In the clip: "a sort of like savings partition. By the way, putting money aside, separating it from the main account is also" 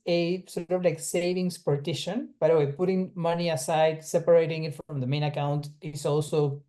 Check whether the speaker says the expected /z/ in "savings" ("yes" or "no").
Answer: no